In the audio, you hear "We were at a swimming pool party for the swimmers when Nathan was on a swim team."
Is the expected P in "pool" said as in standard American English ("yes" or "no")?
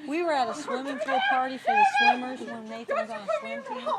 no